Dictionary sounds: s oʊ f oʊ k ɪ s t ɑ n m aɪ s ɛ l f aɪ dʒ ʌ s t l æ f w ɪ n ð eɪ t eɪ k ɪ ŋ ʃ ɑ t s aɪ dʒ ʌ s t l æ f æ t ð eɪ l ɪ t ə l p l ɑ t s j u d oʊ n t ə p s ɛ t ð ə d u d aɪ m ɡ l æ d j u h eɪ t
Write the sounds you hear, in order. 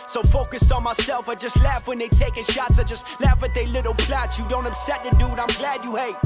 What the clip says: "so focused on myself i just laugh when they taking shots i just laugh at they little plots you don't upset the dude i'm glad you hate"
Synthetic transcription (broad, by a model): s oʊ f oʊ k ɪ s t n m aɪ s ɛ l f aɪ dʒ ʌ s t l æ f w ɪ n ð eɪ t eɪ k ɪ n ʃ ɑ t s aɪ dʒ ʌ s t l æ f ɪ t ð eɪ l ɪ t l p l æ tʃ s j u d oʊ n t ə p s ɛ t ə d u d aɪ m ɡ l æ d j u h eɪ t